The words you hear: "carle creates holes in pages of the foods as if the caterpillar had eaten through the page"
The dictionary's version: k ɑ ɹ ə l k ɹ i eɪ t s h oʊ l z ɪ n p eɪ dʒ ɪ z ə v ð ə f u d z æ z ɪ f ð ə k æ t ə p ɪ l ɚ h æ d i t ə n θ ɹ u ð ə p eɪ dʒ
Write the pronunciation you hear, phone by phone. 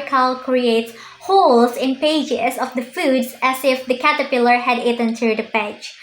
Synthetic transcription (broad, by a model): k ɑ l k ɹ i eɪ t s h oʊ l s ɪ n p eɪ dʒ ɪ s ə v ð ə f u d s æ s ɪ f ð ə k æ t ə p ɪ l ɚ h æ d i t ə n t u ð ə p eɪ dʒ